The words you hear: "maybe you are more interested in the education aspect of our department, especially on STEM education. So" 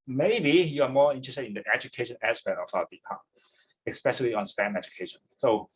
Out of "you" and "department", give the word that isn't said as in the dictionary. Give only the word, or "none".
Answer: department